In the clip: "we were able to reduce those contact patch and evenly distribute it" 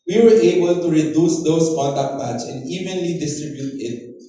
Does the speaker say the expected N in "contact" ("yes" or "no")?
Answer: no